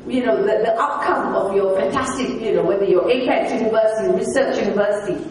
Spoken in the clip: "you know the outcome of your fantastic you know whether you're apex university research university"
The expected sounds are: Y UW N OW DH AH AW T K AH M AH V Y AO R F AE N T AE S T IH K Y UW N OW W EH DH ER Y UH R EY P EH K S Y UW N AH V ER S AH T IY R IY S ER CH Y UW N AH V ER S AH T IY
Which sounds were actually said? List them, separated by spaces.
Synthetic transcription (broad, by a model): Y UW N OW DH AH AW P K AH M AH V Y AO F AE N T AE S T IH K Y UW N OW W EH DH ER Y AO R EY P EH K Y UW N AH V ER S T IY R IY S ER CH Y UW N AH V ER S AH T IY